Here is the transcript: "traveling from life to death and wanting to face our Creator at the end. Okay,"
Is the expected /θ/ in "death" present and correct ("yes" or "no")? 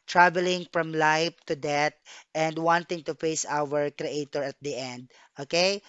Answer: no